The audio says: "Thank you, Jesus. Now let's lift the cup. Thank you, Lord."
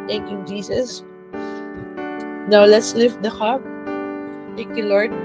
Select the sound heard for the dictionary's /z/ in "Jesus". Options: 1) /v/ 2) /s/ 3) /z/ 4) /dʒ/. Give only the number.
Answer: 2